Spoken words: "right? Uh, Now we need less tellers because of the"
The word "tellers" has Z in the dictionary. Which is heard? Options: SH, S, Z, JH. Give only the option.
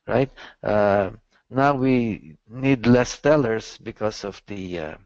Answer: S